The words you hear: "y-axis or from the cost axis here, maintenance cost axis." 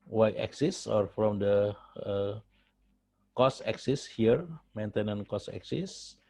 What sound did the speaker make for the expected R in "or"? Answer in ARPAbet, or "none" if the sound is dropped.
R